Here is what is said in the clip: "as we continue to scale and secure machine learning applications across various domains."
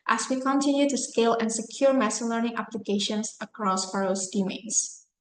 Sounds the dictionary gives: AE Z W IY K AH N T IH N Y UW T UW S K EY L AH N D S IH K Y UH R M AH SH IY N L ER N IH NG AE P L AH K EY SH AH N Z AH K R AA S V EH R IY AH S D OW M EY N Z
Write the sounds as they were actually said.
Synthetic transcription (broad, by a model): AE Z W IY K AH N T IH N Y UW T UW S K EY L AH N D S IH K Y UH R M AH S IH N L ER N IH NG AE P L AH K EY SH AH N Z AH K R AA S F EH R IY S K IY M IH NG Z